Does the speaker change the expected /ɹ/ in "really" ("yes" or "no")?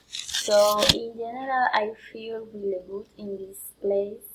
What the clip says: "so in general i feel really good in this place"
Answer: yes